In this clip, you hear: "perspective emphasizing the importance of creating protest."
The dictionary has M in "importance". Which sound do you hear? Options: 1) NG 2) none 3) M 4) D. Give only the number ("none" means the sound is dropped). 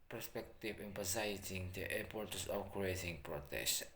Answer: 2